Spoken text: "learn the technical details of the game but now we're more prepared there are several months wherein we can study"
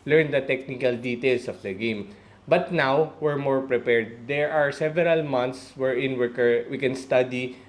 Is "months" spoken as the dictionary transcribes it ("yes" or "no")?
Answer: no